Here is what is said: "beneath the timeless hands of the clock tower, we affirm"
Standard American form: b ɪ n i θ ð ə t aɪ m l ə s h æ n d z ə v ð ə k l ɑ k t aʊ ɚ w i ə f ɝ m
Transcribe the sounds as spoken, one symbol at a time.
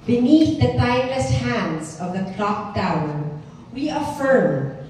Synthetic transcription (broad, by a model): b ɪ n i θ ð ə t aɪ l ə s h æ n d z ə v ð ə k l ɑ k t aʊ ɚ w i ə f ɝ m